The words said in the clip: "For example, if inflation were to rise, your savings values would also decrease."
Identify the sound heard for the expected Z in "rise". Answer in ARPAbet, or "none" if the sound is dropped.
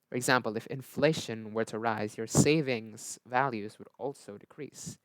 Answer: Z